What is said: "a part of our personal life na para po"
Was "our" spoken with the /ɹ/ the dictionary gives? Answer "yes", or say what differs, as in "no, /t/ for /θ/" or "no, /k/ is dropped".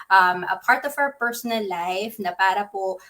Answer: no, /w/ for /ɹ/